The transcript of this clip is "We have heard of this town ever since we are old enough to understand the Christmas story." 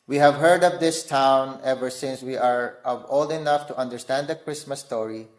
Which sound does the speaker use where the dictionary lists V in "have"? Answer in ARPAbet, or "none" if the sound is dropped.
V